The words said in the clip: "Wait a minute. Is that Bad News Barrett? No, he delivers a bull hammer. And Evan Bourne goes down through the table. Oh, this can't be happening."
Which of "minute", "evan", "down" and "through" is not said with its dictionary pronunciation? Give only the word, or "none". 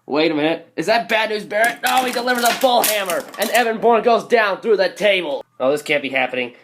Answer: minute